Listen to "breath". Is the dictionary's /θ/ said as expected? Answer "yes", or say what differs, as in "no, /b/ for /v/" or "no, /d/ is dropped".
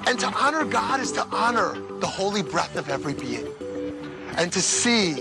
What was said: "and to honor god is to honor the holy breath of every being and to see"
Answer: yes